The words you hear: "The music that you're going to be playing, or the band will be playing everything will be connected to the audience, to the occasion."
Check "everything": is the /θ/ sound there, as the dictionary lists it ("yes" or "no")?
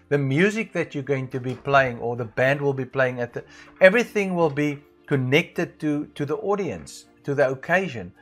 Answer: yes